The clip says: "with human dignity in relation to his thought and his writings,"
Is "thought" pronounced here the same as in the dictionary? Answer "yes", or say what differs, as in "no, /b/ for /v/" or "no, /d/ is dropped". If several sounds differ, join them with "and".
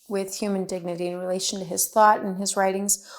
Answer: yes